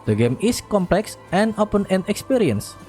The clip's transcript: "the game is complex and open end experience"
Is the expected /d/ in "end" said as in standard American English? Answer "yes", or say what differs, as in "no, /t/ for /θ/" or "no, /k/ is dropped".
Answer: no, /d/ is dropped